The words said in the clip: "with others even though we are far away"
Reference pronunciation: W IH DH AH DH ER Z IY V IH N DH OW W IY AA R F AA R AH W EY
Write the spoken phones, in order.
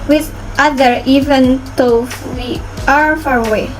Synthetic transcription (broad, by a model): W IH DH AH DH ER IY V IH N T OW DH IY AA R F AA R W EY